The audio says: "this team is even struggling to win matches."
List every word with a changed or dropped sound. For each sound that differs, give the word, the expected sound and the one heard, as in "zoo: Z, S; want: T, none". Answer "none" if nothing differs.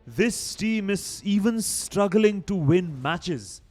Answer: none